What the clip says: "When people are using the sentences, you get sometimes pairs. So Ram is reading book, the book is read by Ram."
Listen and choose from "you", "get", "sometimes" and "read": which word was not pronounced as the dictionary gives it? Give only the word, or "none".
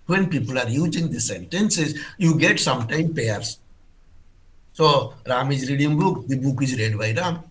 sometimes